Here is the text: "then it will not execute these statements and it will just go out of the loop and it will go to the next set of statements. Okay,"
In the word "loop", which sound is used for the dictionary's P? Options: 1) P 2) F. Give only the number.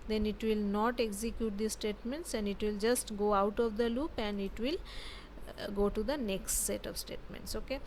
1